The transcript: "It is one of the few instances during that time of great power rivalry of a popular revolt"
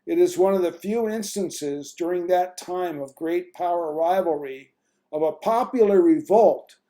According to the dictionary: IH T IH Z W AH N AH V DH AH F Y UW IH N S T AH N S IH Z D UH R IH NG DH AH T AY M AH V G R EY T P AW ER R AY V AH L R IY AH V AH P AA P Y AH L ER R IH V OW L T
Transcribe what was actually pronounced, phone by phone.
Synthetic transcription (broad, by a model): IH T IH Z W AH N AH V DH AH F Y UW IH N S T AH N S IH Z D UH R IH NG DH AH T AY M AH V G R EY T P AW ER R AY V L R IY AH V AH P AA P Y L ER R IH V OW L T